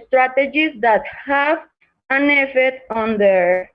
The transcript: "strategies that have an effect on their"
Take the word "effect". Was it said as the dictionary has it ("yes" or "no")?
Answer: no